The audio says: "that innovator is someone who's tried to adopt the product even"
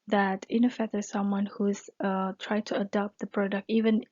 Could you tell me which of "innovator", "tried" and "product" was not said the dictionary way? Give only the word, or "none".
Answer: innovator